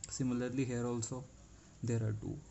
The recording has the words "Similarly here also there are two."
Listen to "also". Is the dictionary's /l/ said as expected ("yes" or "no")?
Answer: yes